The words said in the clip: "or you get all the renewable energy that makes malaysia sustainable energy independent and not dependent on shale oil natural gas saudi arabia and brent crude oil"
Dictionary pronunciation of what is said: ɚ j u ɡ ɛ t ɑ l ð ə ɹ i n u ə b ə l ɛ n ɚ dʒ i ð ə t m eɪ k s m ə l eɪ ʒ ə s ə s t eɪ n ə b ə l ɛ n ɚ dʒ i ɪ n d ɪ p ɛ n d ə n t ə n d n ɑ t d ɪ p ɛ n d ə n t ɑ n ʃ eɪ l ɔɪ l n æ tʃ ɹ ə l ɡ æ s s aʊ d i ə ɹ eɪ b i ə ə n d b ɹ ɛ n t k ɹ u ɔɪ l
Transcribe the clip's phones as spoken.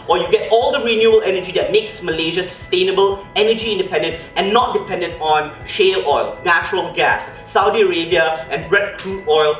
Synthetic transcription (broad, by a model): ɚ j u ɡ ɛ t ɑ l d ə ɹ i n u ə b ə l ɛ n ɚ dʒ i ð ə t m eɪ k s m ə l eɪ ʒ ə s ə s t eɪ n ə b ə l ɛ n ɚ dʒ i ɪ n d ɪ p ɛ n d ə n t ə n n ɑ t d ɪ p ɛ n d ə n t ɑ n ʃ eɪ l ɔɪ l n æ tʃ ɹ ə l ɡ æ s s aʊ d i ə ɹ eɪ b i ə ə n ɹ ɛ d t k l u ɔɪ l